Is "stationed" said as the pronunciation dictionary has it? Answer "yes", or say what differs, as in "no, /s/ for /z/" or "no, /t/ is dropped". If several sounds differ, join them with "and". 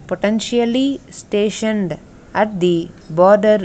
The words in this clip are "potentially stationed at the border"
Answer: yes